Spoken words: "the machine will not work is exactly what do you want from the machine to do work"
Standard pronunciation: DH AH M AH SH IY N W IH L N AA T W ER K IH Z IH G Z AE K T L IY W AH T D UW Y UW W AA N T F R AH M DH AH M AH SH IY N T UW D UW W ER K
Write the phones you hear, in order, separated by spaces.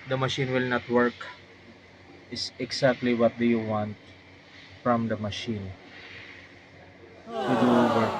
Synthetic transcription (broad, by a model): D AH M AH SH IY N W IH L N AA T W ER K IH S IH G S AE K T L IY W AH T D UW Y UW W AA N T F R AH M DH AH M AH SH IY N T UW D UW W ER